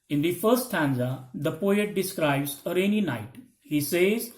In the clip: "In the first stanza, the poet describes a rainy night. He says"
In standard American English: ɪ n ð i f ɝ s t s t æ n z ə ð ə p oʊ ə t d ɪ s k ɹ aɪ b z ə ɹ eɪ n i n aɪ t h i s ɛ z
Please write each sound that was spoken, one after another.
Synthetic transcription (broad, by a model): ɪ n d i f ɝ t s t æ n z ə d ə p oʊ ə t d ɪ s k ɹ aɪ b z ə ɹ eɪ n i n aɪ t h i s ɛ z